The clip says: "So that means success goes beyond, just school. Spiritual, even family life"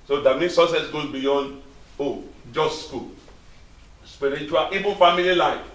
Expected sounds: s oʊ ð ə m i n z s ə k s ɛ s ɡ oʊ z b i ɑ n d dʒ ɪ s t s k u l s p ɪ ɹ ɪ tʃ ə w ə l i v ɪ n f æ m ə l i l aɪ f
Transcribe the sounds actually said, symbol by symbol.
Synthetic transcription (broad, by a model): s oʊ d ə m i s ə s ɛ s ɡ oʊ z b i ɑ n d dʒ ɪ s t s k u l s p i ɹ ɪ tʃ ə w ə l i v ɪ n f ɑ m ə l i l aɪ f